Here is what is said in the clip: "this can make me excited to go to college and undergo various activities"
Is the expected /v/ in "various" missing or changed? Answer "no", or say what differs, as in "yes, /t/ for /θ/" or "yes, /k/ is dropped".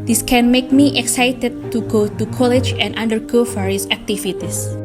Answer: yes, /f/ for /v/